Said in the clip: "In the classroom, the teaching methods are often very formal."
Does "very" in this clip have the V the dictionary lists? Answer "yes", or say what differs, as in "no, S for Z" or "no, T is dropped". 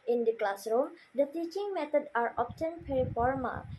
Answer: no, P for V